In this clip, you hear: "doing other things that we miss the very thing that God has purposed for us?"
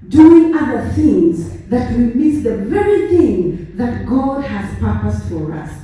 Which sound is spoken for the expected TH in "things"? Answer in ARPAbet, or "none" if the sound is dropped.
TH